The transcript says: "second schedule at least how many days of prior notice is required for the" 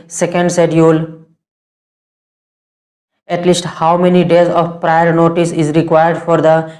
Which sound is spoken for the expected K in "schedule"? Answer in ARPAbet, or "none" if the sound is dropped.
none